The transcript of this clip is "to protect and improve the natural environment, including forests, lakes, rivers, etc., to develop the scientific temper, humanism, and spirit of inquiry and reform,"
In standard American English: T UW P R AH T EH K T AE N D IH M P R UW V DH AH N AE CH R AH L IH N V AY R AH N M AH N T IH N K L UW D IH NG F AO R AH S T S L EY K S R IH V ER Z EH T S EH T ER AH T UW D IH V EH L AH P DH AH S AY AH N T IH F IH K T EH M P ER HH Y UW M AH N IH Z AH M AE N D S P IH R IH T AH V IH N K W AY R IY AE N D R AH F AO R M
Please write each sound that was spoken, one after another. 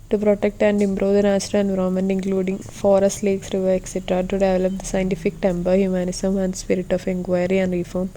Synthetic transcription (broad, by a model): T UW P R AH T EH K T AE N D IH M B R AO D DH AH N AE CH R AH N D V R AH M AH N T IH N K L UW D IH NG F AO R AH S T L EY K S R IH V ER EH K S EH T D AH T UW D IH V EH L AH P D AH S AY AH N T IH F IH K T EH M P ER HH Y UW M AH N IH S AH M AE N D S P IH R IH T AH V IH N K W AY R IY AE N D R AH F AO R M